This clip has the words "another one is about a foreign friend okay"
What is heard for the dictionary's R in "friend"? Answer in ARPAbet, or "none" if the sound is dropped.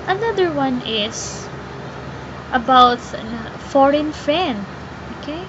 none